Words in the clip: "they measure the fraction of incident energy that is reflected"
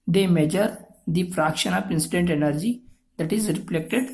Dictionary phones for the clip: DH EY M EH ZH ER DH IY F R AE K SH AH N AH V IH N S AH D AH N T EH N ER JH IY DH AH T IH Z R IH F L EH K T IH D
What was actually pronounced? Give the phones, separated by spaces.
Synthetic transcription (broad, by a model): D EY M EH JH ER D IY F R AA K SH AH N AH P IH N S AH D AH N T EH N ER JH IY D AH T IH Z R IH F L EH K T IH D